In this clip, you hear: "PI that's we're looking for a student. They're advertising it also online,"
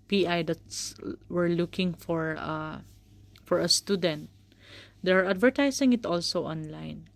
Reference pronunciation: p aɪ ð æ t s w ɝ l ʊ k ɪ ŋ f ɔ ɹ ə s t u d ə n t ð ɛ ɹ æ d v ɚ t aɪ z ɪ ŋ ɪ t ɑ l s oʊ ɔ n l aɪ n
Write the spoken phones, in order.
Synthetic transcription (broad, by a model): p aɪ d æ t s w ɝ l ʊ k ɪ ŋ f ɔ ɹ ə s t u d ə n t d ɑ ɹ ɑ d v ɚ t aɪ s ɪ ŋ ɪ t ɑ l s oʊ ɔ n l aɪ n